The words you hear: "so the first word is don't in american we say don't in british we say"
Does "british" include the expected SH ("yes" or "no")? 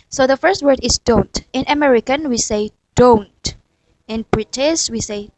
no